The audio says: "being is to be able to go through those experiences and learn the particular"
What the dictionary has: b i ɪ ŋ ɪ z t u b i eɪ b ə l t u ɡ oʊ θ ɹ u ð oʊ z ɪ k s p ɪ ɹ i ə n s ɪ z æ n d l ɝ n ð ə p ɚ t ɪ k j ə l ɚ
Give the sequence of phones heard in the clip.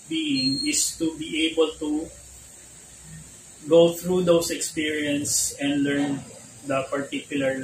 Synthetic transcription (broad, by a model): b i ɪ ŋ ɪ s t u b i eɪ b ə l t u ɡ oʊ θ ɹ u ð oʊ s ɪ k s p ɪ ɹ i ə n s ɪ n d l ɝ n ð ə p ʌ t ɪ k j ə l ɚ